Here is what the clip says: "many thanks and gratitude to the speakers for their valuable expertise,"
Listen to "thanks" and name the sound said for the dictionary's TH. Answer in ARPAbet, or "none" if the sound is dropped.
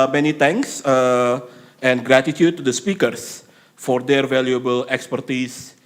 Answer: T